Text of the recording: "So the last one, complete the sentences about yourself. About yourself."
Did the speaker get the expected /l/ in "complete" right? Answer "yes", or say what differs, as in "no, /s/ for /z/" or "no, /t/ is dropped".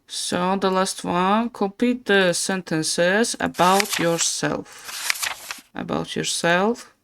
no, /l/ is dropped